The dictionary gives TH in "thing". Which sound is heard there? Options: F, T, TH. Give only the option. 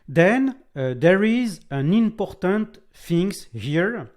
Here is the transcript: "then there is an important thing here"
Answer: F